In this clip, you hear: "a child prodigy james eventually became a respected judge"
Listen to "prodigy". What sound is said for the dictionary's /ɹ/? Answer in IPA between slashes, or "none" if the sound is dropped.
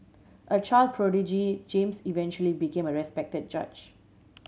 /ɹ/